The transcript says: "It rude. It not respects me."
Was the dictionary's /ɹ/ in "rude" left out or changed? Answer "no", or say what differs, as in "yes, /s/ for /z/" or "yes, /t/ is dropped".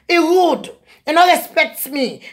yes, /w/ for /ɹ/